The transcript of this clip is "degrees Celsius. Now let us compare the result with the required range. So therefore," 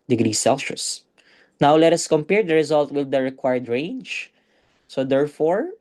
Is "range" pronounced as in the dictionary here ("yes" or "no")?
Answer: yes